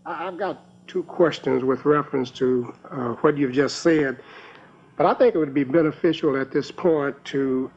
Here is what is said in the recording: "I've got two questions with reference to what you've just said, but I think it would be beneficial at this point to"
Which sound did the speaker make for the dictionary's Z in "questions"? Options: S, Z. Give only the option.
Z